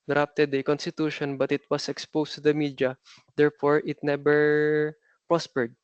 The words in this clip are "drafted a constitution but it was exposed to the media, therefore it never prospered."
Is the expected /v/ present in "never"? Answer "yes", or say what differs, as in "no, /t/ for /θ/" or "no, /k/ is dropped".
no, /b/ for /v/